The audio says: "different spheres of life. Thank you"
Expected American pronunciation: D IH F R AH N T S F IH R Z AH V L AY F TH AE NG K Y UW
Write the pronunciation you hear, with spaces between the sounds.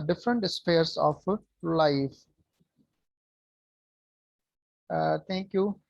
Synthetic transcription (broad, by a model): D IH F R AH N T S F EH R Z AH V L AY F T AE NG K Y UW